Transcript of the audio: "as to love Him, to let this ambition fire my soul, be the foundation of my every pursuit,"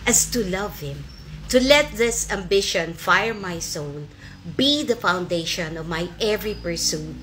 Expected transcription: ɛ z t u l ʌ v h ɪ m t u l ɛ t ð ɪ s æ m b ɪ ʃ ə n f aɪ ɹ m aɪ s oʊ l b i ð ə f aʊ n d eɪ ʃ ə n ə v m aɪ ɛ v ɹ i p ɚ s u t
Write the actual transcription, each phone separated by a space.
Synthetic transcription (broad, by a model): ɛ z t u l ʌ v h ɪ m t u l ɛ t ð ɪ s æ m b ɪ ʃ ə n f aɪ ɹ m aɪ s oʊ l b i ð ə f aʊ n d eɪ ʃ ə n ə v m aɪ ɛ v ɹ i p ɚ s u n